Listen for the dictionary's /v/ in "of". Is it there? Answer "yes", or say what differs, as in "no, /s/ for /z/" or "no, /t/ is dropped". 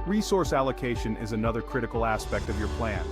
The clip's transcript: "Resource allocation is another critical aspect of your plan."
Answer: yes